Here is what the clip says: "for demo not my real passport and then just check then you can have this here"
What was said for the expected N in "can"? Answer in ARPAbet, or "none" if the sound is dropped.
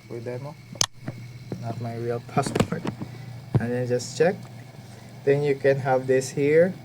N